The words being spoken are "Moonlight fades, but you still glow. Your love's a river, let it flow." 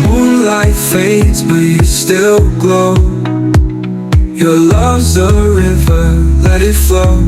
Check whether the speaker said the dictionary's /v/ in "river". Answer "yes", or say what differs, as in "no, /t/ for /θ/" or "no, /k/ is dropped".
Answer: yes